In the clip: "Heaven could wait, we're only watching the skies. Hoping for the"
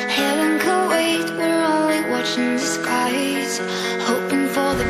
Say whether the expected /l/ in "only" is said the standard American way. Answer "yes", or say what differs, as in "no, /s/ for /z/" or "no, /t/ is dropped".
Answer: no, /w/ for /l/